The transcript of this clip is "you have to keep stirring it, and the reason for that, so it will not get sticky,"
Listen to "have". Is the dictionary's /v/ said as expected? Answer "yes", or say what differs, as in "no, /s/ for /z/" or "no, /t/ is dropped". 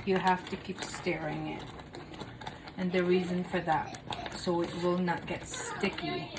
no, /f/ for /v/